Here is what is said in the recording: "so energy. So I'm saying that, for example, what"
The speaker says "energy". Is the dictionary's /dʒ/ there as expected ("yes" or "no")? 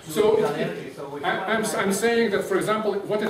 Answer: no